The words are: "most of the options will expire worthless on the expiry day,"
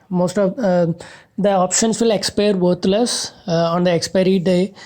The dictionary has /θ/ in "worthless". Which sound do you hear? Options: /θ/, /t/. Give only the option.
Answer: /t/